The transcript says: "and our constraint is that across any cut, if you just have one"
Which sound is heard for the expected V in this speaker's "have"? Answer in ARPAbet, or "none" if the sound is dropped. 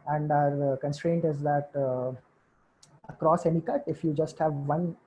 V